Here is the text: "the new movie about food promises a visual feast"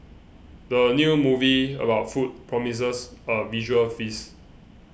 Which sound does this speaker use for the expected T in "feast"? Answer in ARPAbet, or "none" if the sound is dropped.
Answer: none